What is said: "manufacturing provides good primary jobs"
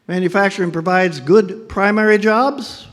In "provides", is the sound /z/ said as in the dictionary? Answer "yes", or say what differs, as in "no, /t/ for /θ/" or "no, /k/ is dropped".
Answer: yes